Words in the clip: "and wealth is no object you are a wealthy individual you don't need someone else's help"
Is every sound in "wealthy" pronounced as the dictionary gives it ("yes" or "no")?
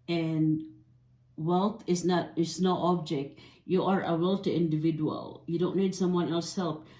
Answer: no